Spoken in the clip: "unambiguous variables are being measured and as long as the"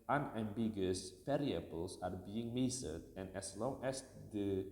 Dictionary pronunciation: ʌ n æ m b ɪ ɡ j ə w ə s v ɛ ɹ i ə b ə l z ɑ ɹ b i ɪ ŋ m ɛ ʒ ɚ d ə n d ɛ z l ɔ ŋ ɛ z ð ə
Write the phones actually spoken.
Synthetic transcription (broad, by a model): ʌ n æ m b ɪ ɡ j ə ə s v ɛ ɹ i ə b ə l s ɑ ɹ b i ɪ ŋ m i s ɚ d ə n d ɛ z l ɔ ŋ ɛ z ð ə